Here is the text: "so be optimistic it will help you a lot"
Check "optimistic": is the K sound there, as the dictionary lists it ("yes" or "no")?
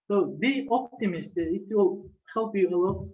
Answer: no